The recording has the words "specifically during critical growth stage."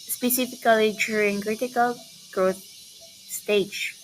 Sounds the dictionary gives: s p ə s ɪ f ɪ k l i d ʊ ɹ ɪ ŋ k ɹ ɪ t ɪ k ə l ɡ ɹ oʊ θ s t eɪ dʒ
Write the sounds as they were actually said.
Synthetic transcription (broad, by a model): s p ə s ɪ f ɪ k l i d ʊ ɪ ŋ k ɹ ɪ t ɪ k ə l ɡ ɹ oʊ θ s t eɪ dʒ